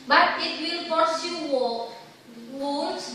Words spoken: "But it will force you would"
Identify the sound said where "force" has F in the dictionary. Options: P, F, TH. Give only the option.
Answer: P